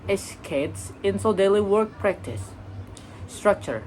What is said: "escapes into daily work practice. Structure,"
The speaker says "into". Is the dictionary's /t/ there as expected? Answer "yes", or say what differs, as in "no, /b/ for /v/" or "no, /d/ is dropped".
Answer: no, /s/ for /t/